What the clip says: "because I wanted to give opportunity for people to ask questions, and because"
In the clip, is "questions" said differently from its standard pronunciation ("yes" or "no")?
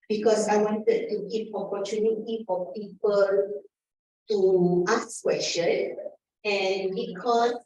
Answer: yes